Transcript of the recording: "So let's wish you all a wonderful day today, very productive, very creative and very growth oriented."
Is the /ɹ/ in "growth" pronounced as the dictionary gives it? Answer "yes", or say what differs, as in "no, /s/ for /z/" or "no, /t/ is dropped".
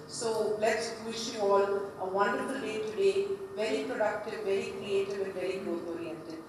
no, /ɹ/ is dropped